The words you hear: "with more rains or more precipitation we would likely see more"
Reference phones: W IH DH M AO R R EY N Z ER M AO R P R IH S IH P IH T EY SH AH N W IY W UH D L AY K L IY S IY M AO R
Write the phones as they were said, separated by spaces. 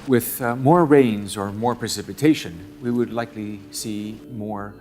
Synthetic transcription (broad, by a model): W IH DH M AO R R EY N Z ER M AO R P R IH S IH P IH T EY SH AH N W IY W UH D L AY K L IY S IY M AO R